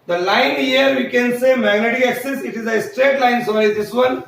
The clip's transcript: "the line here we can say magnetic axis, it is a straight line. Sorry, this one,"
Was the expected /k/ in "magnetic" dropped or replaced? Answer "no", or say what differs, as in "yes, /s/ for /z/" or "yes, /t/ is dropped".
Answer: yes, /k/ is dropped